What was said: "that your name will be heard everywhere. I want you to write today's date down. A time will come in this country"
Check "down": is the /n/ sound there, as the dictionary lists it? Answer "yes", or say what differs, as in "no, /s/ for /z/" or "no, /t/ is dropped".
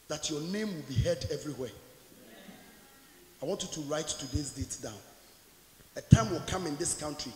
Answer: yes